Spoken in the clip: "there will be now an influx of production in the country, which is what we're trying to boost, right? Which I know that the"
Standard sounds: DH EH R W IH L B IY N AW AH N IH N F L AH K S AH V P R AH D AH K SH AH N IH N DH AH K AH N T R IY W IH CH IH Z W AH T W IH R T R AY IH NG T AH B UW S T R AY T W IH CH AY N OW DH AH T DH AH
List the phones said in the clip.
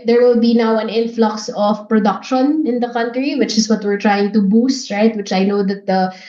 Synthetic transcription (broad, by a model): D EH R W IH L B IY N AW AH N IH N F L AH K S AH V P R AH D AH K SH AH N IH N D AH K AH N T R IY W IH CH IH S W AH T W IH R T R AY IH NG T AH B UW S T R AY T W IH CH AY N OW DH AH T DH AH